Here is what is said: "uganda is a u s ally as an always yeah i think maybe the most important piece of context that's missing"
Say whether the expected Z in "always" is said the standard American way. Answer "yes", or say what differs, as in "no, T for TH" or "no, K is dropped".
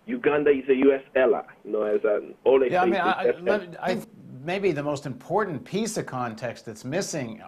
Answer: no, Z is dropped